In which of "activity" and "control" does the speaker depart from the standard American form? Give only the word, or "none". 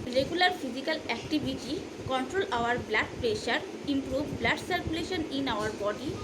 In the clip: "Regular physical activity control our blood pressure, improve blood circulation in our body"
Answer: activity